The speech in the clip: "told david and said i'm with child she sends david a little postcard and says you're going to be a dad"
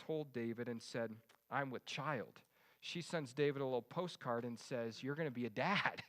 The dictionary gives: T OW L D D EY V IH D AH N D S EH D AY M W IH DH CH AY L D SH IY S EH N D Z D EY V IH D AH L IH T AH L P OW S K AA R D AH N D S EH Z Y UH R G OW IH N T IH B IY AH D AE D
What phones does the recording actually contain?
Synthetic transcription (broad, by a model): OW L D D EY V IH D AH N S EH D AY M W IH DH CH AY L D SH IY S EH N Z D EY V IH D AH L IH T L P OW S K AA R D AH N S EH Z Y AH R G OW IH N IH B IY AH D AE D